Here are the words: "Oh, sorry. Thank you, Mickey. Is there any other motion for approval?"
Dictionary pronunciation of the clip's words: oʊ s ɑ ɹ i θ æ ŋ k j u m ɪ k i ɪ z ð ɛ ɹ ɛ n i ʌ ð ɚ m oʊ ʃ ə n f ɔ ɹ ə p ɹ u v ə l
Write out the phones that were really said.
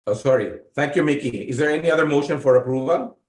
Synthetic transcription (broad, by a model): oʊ s ɑ ɹ i t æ ŋ k j u m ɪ k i ɪ z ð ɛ ɹ ɛ n i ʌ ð ɚ m oʊ ʃ ə n f ɔ ɹ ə p ɹ u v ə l